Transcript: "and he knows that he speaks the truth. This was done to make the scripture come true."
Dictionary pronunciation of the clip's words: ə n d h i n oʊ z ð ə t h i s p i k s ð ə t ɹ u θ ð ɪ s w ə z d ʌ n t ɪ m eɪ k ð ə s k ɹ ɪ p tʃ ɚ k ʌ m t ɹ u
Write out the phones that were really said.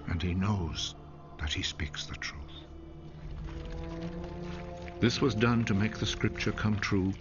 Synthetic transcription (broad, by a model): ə n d i n oʊ z ð ə t h i s p i k s ð ə t ɹ u θ ð ɪ s w ə z d ʌ n t ɪ m eɪ k ð ə s k ɹ ɪ p tʃ ɚ k ʌ m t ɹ u